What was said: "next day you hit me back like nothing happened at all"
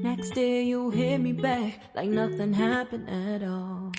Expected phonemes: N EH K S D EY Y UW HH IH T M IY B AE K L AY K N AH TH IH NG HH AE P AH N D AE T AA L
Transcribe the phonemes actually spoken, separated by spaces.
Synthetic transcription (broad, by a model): N EH K S D EY Y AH HH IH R M IY B AE K L AY K N AH TH IH NG HH AE P AH N D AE T AA L